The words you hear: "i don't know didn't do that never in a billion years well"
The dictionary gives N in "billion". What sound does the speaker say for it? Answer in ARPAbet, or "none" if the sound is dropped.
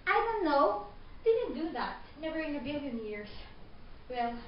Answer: N